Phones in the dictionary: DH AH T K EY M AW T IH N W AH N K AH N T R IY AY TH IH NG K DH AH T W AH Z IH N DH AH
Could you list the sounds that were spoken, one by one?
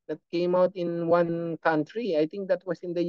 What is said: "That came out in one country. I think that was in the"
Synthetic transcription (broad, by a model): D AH T K EY M AW T IH N W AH N K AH N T R IY AY T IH NG K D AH T W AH S IH N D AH